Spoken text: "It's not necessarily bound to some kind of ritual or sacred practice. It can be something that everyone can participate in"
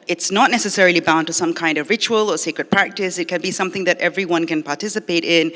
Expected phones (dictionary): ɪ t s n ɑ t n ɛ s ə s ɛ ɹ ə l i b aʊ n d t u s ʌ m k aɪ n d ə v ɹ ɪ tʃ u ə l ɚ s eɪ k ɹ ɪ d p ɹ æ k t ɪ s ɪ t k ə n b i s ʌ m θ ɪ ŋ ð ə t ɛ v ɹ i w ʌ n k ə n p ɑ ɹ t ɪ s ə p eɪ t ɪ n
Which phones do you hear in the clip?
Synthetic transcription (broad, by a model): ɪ t s n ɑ t n ɛ s ə s ɛ ɹ ə l i b aʊ n t u s ʌ m k aɪ n d ə v ɹ ɪ tʃ u ə l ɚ s eɪ k ɹ ɪ d p ɹ æ k t ɪ s ɪ t k ə n b i s ʌ m θ ɪ ŋ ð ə t ɛ v ɹ i w ʌ n k ə n p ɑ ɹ t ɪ s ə p eɪ t ɪ n